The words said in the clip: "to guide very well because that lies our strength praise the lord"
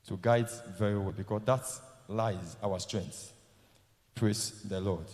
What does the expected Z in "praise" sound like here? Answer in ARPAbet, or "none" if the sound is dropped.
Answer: S